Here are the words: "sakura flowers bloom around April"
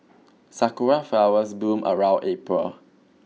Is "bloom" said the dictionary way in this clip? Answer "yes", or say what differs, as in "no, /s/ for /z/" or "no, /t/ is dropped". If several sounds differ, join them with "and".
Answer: no, /l/ is dropped